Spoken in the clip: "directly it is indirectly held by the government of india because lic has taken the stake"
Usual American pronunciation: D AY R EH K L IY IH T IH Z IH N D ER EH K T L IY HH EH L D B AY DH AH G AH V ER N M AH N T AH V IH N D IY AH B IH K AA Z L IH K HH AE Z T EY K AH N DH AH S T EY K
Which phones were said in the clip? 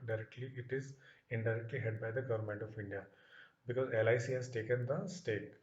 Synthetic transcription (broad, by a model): D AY R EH K L IY IH T IH Z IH N D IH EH K T L IY HH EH D B AY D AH G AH V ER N M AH N T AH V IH N D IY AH B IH K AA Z L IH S HH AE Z T EY K AH N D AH S T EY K